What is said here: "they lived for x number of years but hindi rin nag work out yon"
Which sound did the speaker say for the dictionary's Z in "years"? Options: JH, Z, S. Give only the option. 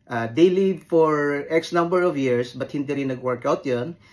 S